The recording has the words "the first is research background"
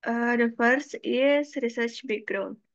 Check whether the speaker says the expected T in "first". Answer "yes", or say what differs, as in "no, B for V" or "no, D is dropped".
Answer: no, T is dropped